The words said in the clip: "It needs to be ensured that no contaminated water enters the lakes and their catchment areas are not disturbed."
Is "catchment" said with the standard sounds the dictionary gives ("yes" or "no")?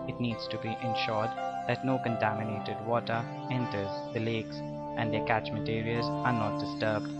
no